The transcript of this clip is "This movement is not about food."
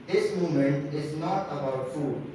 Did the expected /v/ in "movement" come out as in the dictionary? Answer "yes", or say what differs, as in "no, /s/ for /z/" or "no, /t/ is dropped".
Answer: no, /v/ is dropped